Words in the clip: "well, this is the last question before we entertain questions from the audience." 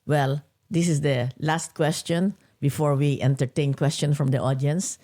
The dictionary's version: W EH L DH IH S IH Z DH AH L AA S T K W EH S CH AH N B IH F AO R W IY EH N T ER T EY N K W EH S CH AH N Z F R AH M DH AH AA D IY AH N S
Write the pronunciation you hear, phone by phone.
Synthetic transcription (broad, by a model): W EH L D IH S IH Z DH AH L AA S T K W EH S CH AH N B IH F AO R W IY EH N T ER T EY N K W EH S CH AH N F R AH M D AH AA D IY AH N S